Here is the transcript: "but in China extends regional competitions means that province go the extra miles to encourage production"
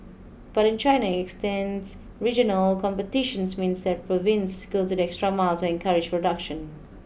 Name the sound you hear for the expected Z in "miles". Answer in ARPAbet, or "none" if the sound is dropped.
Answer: none